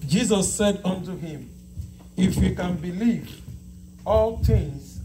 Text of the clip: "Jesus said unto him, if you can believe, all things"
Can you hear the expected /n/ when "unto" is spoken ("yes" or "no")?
yes